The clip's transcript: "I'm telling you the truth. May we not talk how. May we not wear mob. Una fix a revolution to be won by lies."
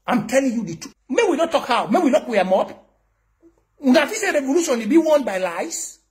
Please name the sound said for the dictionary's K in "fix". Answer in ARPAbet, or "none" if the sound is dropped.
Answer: none